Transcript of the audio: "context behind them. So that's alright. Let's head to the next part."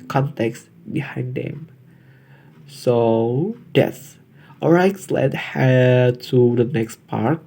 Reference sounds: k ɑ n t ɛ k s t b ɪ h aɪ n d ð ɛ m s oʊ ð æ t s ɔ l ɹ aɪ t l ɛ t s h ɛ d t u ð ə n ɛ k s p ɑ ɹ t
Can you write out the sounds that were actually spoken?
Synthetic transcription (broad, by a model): k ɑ n t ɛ k s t b ɪ h aɪ n d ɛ m s oʊ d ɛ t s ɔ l ɹ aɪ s l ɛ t h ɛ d t u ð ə n ɛ k s p ɑ ɹ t